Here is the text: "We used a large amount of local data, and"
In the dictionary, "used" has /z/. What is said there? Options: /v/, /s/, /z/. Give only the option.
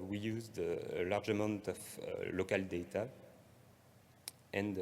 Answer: /z/